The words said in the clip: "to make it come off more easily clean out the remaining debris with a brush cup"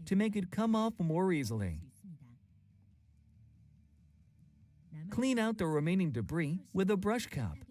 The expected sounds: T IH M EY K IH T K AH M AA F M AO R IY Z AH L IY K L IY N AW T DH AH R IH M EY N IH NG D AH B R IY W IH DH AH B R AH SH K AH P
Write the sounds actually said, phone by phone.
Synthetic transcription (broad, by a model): T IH M EY K IH T K AH M AA F M AO R IY Z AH L IY K L IY N AW T DH AH R IH M EY N IH NG D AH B R IY W IH DH AH B R AH SH K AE P